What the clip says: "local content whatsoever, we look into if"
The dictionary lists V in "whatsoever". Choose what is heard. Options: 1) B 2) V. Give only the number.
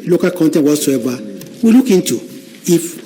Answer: 1